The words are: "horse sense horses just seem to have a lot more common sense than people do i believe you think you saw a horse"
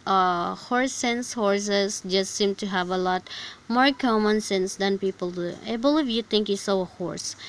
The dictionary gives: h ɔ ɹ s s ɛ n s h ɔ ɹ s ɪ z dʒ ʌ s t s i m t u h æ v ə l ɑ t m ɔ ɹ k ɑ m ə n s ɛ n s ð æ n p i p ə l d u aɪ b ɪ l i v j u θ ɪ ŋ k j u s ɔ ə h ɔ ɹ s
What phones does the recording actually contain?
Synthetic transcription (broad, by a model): h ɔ ɹ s s ɛ n s h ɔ ɹ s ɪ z dʒ ʌ s t s i m t u h æ v ə l ɑ t m ɔ ɹ k ɑ m ə n s ɛ n s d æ n p i p ə l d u aɪ b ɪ l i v j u t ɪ ŋ k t s ɔ ə h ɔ ɹ s